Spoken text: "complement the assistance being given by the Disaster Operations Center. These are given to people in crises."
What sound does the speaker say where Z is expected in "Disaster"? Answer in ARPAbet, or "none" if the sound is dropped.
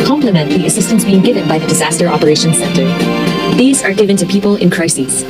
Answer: Z